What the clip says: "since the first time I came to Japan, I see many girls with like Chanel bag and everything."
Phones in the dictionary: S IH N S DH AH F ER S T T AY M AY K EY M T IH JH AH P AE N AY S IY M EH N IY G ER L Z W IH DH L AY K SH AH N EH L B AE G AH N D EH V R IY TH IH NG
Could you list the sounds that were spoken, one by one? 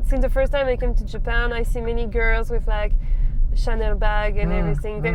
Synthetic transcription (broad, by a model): S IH N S DH AH F ER S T T AY M AY K EY M T IH JH AH P AE N AY S IY M EH N IY G ER L Z W IH DH L AY K SH AH N EH L B AE G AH N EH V R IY TH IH NG